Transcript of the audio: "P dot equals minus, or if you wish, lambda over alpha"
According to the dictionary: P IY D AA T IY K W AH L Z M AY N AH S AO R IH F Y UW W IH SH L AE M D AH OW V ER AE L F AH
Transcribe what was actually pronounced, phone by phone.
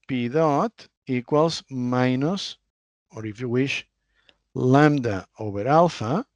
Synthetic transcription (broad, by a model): P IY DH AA T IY K W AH L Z M AY N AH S AO R IH F Y UW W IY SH L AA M D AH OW B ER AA L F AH